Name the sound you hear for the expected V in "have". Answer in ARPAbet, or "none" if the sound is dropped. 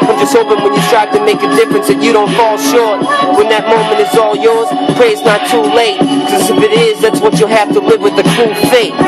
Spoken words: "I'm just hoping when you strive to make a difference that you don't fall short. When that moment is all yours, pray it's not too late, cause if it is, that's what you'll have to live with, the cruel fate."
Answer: F